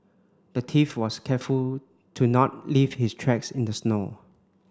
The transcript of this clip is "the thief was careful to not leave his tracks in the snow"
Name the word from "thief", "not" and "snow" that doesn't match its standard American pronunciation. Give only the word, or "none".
thief